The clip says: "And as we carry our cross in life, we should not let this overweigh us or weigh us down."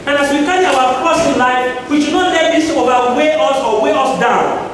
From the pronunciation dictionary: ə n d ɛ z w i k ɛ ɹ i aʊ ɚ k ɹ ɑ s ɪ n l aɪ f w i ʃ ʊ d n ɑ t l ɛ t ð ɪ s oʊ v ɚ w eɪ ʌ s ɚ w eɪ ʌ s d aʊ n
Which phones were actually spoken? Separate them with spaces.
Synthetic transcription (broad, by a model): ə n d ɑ s w i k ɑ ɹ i aʊ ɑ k ɑ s ɪ n l aɪ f w i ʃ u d n ɑ t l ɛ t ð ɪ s oʊ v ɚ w eɪ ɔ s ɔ w eɪ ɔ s d aʊ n